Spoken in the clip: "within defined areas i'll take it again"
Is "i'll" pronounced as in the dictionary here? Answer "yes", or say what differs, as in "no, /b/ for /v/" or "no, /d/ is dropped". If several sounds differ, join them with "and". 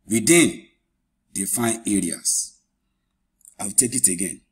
no, /w/ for /l/